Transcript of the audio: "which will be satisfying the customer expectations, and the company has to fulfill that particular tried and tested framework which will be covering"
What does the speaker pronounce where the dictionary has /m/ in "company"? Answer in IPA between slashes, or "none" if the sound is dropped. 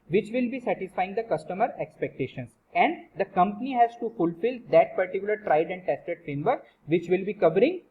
/m/